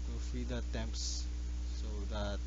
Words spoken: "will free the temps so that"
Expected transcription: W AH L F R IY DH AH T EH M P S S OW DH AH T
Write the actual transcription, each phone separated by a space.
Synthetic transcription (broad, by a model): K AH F IY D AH T EH M P S S OW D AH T